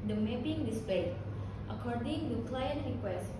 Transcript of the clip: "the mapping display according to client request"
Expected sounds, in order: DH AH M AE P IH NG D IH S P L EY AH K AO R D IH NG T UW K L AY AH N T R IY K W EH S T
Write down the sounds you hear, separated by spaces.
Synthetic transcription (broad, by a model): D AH M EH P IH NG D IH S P EY AH K AO R D IH NG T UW K L AY AH N T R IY K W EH S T